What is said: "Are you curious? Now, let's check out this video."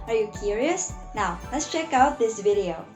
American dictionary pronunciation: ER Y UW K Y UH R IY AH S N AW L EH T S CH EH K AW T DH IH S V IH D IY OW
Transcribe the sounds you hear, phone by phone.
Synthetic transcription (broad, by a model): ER Y UW K Y UH R IY AH S N AW L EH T S CH EH K AW T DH IH S V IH D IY OW